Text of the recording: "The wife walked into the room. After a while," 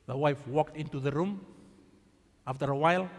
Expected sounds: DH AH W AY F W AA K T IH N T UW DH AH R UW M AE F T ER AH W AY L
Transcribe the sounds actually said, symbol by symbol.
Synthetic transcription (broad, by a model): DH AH W AY F W AA K T IH N T UW DH AH R UW M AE F T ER AH W AY L